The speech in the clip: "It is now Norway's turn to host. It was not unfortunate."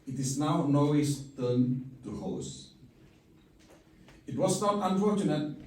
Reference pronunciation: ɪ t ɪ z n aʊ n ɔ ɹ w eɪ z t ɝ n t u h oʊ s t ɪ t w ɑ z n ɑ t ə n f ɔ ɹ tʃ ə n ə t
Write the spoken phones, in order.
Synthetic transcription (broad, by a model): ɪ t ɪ s n aʊ n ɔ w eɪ s t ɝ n t u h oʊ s ɪ t w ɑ s n ɑ t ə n f ɔ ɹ tʃ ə n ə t